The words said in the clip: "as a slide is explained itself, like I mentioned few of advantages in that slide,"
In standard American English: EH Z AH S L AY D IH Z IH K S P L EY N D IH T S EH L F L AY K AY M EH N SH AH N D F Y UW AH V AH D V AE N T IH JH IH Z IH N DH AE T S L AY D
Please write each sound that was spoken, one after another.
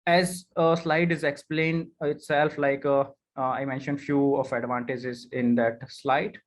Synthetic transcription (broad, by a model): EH Z AH S L AY D IH Z IH K S P L EY N D IH T S EH L F L AY K AY M EH N SH AH N D F Y UW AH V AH D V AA N T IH JH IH Z IH N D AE T S L AY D